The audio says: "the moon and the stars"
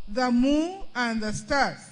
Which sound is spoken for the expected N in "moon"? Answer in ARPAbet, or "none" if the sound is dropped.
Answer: none